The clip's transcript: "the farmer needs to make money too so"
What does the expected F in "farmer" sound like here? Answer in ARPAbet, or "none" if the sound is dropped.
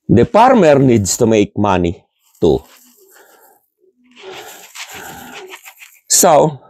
P